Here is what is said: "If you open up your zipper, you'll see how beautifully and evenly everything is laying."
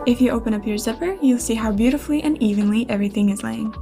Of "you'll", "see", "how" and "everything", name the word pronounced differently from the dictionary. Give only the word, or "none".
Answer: none